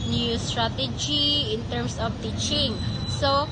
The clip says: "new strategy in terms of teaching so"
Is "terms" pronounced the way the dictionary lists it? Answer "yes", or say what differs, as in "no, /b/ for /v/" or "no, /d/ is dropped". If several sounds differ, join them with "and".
no, /s/ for /z/